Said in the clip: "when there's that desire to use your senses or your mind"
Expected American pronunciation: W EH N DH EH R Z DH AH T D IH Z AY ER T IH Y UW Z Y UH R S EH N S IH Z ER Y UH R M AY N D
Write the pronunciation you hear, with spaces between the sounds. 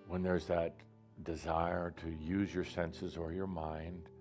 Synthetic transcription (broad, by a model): W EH N DH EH R Z DH AH T D IH Z AY ER T IH Y UW Z Y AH R S EH N S IH Z ER Y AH R M AY N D